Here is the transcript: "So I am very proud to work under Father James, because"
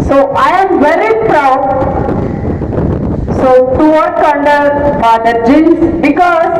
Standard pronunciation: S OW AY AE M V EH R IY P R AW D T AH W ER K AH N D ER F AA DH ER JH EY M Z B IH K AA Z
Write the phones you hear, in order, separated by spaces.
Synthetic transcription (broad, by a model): S OW AY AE M V EH R IY P R AW D S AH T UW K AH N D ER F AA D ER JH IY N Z B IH K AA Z